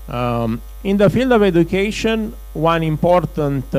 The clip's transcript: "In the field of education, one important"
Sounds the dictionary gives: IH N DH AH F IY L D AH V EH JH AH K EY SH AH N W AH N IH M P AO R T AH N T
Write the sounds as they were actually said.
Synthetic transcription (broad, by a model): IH N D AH F IY L D AH V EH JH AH K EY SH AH N W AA N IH M P AO R T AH N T